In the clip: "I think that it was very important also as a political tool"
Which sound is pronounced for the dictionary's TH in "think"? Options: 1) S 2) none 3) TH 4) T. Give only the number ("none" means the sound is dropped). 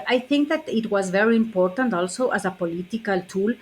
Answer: 3